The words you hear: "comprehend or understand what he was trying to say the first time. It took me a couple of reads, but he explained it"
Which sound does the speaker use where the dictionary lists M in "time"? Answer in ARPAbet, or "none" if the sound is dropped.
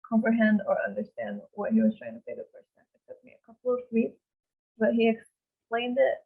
none